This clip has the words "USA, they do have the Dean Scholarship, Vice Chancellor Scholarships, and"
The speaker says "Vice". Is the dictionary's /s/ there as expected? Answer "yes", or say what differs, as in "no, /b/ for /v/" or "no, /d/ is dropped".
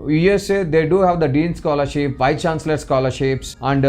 no, /s/ is dropped